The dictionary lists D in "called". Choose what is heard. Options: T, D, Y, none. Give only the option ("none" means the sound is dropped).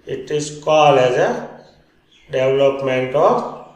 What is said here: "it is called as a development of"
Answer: none